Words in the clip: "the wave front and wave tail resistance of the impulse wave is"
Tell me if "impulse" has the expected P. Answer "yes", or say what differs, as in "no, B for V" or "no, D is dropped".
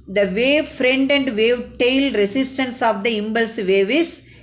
no, B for P